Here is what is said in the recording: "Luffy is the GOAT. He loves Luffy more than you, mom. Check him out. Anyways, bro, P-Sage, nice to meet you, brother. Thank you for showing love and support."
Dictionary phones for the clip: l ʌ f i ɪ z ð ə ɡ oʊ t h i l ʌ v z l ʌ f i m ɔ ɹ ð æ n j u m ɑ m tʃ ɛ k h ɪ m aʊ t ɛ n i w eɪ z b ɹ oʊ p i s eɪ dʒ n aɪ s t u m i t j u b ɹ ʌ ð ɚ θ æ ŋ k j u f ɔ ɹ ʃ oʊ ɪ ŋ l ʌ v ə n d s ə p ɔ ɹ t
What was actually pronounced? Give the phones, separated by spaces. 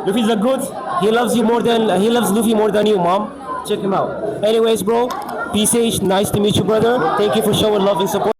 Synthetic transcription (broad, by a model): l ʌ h i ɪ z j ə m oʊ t h i l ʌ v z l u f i m ɔ ɹ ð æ n j u m ɑ m tʃ ɛ k h ɪ m aʊ t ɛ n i w eɪ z b ɹ oʊ p i s eɪ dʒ n aɪ s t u m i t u b ɹ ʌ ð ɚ t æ ŋ k j u f ɔ ɹ ʃ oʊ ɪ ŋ l ʌ v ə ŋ s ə p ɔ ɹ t